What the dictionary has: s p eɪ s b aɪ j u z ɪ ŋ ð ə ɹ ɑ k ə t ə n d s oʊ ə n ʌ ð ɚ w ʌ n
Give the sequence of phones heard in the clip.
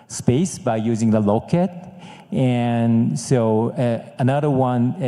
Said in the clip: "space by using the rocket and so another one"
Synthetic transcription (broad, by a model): s p eɪ s b aɪ j u z ɪ ŋ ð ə l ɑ k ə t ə n s oʊ ə n ʌ ð ɚ w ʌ n